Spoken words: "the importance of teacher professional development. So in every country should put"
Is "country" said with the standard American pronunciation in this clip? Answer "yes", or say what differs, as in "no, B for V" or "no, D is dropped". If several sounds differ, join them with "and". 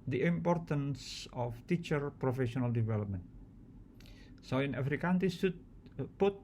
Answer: no, R is dropped